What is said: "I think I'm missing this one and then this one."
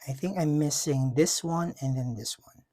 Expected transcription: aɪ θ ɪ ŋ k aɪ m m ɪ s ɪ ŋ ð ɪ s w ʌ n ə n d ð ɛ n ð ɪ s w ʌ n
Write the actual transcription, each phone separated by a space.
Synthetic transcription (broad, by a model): aɪ θ ɪ ŋ k aɪ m m ɪ s ɪ ŋ ð ɪ s w ʌ n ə n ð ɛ n ð ɪ s w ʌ n